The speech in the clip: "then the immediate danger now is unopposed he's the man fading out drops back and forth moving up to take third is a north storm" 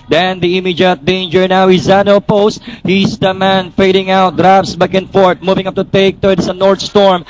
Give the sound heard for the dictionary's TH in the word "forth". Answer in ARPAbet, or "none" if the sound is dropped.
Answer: T